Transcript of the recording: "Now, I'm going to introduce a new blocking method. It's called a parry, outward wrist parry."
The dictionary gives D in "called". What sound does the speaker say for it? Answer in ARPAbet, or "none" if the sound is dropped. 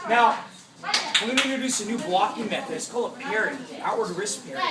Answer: none